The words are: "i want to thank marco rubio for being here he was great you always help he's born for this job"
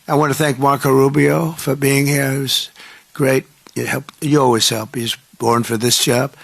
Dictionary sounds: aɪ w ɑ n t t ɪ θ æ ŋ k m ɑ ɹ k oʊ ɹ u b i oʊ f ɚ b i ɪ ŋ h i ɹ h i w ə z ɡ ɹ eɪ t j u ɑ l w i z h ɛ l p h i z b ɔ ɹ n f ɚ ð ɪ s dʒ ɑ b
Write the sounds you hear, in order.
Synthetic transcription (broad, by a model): aɪ w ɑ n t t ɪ θ æ ŋ k m ɑ ɹ k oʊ ɹ u b i oʊ f ɚ b i ɪ ŋ h i ɹ h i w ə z ɡ ɹ eɪ t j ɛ ɑ l w i z h ɛ l p h i z b ɔ ɹ n f ɚ ð ɪ s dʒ ɑ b